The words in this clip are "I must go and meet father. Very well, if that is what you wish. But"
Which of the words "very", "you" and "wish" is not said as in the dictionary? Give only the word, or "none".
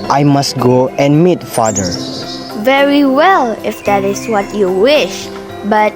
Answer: none